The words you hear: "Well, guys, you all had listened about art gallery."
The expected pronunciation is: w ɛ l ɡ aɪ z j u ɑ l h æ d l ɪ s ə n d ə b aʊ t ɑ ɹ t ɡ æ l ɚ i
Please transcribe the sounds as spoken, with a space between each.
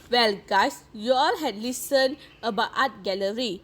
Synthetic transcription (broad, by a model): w ɛ l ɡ aɪ s j u ɑ l h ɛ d l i s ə n ə b aʊ t ɑ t ɡ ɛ l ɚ i